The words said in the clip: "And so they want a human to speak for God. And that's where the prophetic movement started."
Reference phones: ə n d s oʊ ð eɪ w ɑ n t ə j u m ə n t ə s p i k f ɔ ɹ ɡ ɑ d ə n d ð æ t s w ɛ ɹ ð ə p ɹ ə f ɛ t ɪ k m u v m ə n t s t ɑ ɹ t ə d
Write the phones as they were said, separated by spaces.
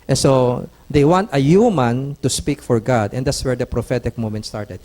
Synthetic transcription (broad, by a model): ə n s oʊ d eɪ w ɑ n t ə j u m ə n t ə s p i k f ɔ ɹ ɡ ɑ d ə n d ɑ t s w ɛ ɹ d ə p ɹ ə f ɛ t ɪ k m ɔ m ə n t s t ɑ ɹ t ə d